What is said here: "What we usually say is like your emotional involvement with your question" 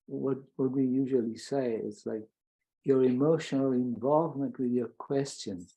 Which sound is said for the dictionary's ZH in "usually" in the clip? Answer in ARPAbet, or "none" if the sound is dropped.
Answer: ZH